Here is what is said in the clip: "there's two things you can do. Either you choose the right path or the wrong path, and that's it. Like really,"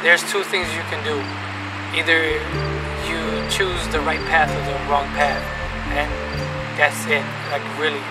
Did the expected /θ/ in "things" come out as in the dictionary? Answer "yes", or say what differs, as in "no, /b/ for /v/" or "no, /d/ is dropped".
yes